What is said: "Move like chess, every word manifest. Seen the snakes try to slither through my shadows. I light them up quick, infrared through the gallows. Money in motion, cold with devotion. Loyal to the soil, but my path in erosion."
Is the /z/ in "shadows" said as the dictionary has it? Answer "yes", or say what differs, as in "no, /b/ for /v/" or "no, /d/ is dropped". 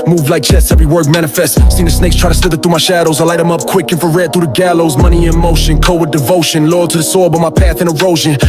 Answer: yes